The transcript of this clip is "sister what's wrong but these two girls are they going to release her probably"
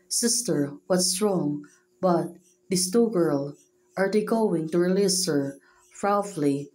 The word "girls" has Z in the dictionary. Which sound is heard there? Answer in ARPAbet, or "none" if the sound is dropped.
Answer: none